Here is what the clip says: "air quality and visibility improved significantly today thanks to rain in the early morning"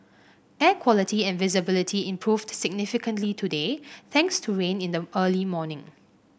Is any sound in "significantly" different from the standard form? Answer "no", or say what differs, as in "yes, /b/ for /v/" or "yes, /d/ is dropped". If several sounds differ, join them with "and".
no